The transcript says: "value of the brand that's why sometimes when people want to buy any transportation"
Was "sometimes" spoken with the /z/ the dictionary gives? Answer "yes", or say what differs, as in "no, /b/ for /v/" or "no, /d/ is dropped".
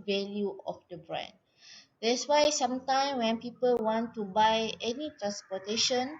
no, /z/ is dropped